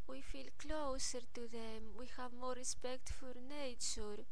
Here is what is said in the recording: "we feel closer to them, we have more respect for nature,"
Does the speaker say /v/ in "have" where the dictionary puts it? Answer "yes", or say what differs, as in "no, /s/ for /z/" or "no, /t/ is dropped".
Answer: yes